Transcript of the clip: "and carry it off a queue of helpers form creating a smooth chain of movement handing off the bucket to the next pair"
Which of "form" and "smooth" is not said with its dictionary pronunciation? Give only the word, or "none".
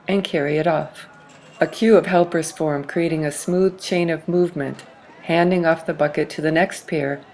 none